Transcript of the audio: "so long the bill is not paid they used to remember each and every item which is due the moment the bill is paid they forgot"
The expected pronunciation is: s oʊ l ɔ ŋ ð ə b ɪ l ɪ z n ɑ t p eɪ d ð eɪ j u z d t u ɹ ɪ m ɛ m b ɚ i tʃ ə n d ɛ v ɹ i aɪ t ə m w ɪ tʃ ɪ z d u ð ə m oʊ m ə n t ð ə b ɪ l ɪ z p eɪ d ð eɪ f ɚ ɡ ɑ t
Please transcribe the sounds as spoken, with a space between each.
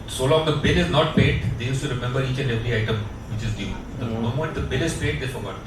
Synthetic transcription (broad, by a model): s oʊ l ɔ ŋ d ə b ɪ l ɪ z n ɑ t p eɪ d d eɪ j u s t u ɹ ɪ m ɛ m b ɚ i tʃ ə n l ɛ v l i aɪ t ə m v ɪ tʃ ɪ z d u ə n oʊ m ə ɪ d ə b ɪ l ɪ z p eɪ d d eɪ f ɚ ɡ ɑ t